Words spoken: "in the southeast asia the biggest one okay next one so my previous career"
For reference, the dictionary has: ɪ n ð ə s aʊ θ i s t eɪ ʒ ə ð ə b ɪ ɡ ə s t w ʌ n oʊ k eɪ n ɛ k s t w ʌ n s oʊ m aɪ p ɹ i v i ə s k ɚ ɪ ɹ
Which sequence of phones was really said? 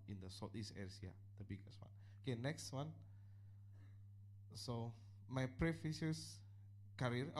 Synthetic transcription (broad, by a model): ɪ n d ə s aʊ t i s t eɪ s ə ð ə b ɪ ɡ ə s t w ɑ n oʊ k eɪ n ɛ k s t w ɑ n s oʊ m aɪ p ɹ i f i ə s k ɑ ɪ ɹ